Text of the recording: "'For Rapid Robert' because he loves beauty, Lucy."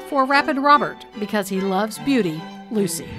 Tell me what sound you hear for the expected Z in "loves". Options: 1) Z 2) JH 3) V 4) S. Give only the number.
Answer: 1